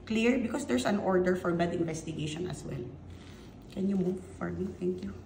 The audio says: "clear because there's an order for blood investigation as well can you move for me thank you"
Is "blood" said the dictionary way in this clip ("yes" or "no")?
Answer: no